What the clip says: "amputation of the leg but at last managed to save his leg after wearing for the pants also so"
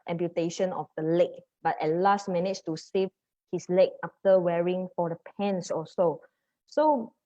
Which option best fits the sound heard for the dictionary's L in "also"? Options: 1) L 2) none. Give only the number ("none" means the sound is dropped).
2